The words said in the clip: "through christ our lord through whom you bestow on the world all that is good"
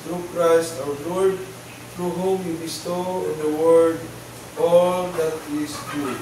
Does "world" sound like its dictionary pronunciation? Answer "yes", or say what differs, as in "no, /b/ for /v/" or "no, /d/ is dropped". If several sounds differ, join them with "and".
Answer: no, /l/ is dropped